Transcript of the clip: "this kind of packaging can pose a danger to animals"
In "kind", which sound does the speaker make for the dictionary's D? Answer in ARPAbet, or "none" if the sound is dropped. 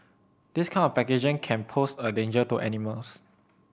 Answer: none